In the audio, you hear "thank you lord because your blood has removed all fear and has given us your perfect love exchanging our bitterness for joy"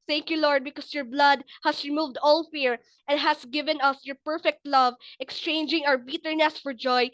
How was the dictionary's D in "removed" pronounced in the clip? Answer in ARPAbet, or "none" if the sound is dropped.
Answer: D